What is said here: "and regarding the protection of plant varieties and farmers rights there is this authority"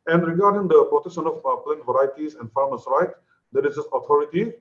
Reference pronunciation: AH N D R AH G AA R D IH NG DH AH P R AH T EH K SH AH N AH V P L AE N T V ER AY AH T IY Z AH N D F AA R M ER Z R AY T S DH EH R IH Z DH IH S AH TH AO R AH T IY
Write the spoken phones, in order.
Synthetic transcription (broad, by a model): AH N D R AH G AA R D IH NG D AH P R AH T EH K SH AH N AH P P L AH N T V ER AY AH T IY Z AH N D F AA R M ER S R AY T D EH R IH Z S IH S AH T AO R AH T IY